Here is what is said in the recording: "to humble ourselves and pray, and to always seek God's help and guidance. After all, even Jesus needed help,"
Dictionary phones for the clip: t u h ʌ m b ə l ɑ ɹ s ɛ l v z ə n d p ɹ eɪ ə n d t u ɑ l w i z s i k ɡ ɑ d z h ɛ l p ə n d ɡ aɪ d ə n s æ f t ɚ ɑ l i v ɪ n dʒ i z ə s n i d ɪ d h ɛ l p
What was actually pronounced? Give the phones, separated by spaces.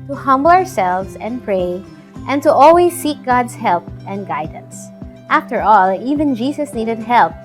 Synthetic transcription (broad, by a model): t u h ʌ m b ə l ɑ ɹ s ɛ l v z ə n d p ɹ eɪ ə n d t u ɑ l w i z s i k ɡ ɑ d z h ɛ l p ə n d ɡ aɪ d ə n s æ f t ɚ ɑ l i v ɪ n dʒ i s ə s n i d ɪ d h ɛ l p